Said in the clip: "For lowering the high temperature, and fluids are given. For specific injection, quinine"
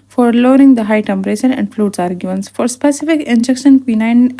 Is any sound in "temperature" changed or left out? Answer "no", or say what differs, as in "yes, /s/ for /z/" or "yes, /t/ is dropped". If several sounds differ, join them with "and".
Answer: yes, /ʃ/ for /tʃ/